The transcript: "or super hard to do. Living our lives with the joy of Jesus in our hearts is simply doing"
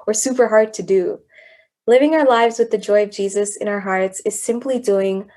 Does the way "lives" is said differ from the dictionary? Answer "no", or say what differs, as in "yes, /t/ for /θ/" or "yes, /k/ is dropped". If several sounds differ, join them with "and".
no